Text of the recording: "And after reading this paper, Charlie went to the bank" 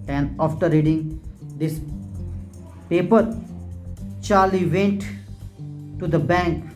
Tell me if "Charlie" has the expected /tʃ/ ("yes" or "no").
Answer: yes